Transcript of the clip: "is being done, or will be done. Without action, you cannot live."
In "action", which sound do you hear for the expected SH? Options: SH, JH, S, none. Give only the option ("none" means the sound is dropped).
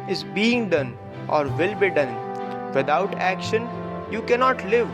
SH